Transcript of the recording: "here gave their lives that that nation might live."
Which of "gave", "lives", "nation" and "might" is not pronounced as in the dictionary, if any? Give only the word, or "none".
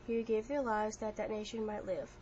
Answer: none